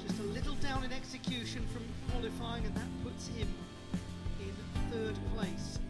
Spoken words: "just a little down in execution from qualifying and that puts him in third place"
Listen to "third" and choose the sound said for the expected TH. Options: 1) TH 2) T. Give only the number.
1